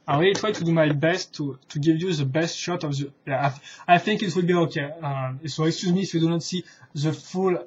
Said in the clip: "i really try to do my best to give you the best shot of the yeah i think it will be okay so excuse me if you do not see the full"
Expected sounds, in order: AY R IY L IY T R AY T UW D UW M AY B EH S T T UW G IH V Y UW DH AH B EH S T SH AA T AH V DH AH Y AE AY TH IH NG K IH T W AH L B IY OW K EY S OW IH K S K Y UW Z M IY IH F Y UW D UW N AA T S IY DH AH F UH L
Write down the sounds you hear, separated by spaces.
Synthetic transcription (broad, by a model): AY W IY IY T R AY T UW D UW M AY B EH S T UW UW G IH V Y UW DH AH B EH S T SH AA T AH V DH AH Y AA AY TH IH NG K IH T W AH L B IY OW K EY S OW IH K S K Y UW Z M IY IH F Y UW D UW N AA T S IY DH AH F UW L